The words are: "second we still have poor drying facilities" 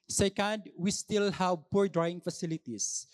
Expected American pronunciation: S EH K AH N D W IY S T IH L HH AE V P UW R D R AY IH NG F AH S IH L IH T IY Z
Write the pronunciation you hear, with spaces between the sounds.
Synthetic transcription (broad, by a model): S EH K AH N D W IY S T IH L HH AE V P UW R D R AY IH NG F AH S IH L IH T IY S